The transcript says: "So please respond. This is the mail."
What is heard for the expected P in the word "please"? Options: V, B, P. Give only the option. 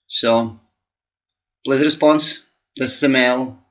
B